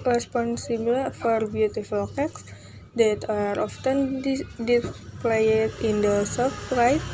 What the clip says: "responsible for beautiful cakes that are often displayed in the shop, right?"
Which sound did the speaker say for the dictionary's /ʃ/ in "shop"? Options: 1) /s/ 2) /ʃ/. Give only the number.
1